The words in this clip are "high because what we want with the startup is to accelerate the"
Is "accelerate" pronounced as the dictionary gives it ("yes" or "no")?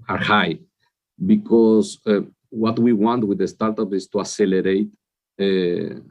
no